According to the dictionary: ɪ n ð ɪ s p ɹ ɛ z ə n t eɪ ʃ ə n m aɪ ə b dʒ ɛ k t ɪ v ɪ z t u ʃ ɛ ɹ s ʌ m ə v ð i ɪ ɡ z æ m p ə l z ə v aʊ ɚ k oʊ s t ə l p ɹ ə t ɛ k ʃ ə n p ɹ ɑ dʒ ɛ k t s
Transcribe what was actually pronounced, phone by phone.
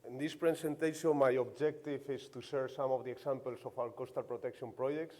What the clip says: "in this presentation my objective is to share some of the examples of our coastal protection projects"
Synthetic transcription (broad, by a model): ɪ n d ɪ s p ɹ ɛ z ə n t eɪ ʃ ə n m aɪ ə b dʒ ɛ k t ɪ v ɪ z t u s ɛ ɹ s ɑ m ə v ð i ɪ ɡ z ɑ m p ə l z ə f aʊ ɚ k oʊ s t ə l p ɹ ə t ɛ k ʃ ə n p ɹ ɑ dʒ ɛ k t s